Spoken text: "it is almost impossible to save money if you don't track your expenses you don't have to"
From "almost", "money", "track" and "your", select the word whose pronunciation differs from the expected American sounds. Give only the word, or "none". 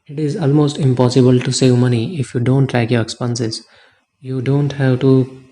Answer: track